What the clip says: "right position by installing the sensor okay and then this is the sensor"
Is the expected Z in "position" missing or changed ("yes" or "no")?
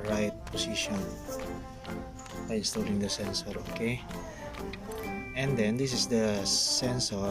yes